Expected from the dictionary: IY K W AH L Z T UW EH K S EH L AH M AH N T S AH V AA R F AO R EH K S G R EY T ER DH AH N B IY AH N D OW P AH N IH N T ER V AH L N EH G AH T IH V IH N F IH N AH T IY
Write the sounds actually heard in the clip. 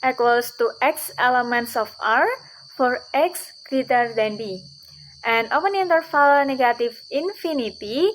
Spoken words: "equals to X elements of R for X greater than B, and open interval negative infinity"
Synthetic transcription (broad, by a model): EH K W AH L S T UW EH K S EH L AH M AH N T S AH F AA R F AO R EH K S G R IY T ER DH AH N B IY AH N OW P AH N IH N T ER F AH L N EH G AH T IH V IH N F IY N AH T IY